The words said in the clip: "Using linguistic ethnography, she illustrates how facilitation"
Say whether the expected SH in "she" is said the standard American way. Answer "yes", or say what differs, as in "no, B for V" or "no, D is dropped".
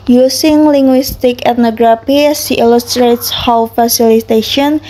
no, S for SH